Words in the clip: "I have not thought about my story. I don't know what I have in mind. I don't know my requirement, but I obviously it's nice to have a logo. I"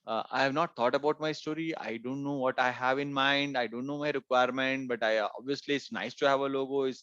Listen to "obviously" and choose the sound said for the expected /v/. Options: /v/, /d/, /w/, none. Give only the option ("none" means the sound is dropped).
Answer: /v/